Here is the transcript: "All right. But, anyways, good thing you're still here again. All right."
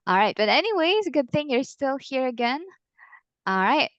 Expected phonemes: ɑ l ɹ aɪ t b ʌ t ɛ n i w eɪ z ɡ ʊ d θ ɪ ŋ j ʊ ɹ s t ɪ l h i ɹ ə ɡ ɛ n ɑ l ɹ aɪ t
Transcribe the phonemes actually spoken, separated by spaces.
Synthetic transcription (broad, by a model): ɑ l ɹ aɪ t b ʌ t ɛ n i w eɪ z ɡ ʊ d θ ɪ ŋ j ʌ ɹ s t ɪ l h i ɹ ə ɡ ɛ n ɑ l ɹ aɪ t